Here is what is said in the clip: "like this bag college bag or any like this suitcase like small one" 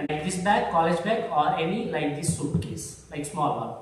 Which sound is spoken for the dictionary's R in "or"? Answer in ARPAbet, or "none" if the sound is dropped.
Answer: R